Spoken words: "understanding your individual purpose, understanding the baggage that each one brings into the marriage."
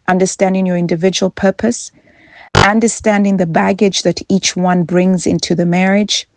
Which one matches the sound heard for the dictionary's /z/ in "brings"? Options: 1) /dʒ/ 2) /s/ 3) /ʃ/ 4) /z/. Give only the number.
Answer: 4